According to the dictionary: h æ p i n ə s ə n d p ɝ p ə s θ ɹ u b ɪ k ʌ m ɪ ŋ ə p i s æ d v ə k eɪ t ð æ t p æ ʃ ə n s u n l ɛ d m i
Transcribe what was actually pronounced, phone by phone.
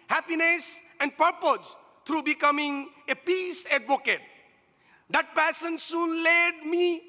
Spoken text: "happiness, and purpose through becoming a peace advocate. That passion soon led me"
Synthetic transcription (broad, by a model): h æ p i n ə s ə n d p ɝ p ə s t ɹ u b ɪ k ʌ m ɪ ŋ ə p i s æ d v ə k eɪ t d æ t p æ s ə n s u n l ɛ d m i